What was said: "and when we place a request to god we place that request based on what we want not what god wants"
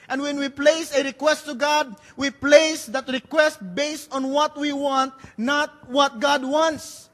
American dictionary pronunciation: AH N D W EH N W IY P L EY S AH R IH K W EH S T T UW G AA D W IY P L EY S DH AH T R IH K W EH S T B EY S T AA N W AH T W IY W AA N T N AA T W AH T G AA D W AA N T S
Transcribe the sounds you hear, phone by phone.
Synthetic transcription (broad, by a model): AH N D W EH N W IY P L EY S AH R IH K W EH S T T UW G AA D W IY P L EY S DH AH T R IH K W EH S T B EY S T AA N W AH T W IY W AA N T N AA T W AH T G AA D W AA N T S